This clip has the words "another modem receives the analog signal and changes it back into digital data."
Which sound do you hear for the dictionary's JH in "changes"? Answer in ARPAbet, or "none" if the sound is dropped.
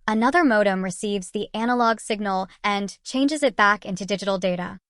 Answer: JH